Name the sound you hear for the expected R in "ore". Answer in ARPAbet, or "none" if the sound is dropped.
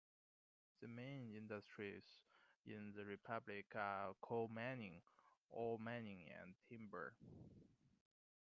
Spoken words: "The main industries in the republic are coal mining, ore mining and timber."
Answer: L